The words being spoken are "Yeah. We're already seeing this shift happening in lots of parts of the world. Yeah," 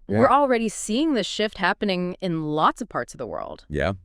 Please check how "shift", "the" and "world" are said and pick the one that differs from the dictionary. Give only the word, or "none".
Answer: none